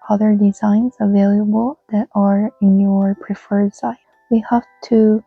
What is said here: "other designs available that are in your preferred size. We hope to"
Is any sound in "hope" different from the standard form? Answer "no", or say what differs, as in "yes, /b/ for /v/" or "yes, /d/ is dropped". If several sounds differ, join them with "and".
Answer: yes, /f/ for /p/